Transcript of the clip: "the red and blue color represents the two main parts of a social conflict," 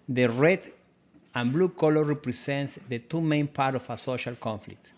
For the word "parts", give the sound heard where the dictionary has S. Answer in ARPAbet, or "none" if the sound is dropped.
none